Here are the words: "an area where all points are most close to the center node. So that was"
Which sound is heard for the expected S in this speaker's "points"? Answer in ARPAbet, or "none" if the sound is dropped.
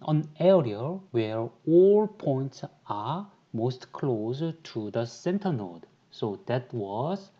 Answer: S